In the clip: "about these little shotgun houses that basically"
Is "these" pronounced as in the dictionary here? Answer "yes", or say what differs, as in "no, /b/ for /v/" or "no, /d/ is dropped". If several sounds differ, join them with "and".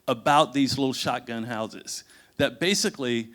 yes